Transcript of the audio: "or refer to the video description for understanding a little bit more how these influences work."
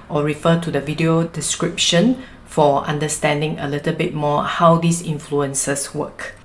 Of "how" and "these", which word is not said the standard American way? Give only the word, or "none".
these